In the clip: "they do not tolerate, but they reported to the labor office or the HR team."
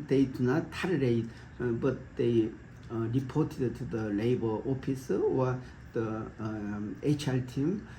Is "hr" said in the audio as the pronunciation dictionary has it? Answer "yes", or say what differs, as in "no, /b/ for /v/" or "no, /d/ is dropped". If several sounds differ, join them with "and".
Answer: no, /l/ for /ɹ/